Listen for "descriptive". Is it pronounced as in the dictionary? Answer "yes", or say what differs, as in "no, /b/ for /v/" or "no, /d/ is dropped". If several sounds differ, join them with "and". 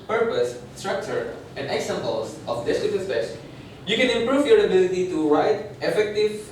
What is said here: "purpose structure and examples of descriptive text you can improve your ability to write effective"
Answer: no, /ɹ/ is dropped and /p/ is dropped